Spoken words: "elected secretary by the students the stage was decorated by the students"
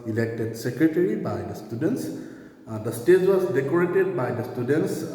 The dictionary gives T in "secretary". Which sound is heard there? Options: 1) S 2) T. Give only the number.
2